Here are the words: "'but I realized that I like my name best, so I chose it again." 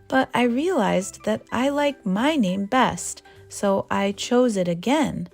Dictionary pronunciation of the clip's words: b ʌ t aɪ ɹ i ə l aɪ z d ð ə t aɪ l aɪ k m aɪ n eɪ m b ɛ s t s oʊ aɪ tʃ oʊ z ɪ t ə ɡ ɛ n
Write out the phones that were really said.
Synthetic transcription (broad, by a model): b ʌ t aɪ ɹ i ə l aɪ z ð ə t aɪ l aɪ k m aɪ n eɪ m b ɛ s t s oʊ aɪ tʃ oʊ z ɪ t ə ɡ ɛ n